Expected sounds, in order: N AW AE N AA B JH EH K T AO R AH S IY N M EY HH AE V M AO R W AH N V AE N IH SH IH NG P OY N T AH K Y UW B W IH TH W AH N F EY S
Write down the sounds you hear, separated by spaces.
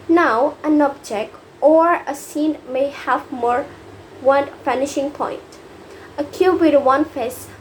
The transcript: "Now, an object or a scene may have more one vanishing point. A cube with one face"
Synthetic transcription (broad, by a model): N AW AE N AA B JH EH K T AO R AH S IY N M EY HH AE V M AO R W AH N F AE N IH SH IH NG P OY N T AH K Y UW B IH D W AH N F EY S